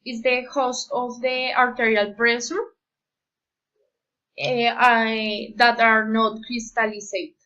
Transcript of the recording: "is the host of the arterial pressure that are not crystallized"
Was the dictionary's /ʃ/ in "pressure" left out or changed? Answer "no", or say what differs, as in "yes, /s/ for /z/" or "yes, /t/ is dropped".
yes, /s/ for /ʃ/